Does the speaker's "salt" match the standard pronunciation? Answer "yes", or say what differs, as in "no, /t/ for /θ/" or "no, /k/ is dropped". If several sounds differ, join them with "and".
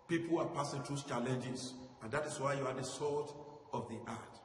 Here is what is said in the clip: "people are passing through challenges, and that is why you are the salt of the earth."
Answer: no, /l/ is dropped